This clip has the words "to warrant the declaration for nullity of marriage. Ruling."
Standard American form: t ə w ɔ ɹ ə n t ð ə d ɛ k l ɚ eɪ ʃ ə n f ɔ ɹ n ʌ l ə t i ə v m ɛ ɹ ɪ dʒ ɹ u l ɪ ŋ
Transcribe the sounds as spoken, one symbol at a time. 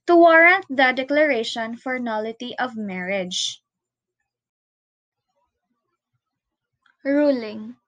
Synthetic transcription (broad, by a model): t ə w ɔ ɹ ə n t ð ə d ɛ k l ɚ eɪ ʃ ə n f ɔ ɹ n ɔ l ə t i ə v m ɛ ɹ ɪ dʒ ɹ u l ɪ ŋ